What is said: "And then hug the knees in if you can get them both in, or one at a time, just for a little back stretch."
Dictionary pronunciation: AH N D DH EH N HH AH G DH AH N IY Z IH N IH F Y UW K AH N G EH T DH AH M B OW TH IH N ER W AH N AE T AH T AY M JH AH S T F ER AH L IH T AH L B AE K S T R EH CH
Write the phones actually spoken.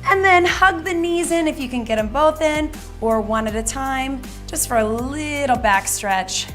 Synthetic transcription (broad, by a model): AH N DH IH N HH AH G DH AH N IY Z IH N IH F Y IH K AH N G EH T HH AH M B OW TH IH N ER W AH N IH T AH T AY M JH AH S T F ER AH L IH T L B AE K S T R EH CH